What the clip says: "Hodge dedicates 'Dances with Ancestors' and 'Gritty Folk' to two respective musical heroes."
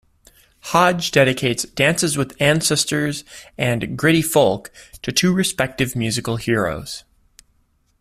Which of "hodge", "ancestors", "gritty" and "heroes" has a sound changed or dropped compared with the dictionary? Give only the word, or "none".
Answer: none